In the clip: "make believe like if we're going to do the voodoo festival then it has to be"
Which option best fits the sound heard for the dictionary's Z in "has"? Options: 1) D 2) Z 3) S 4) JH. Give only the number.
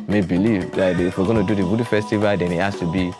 3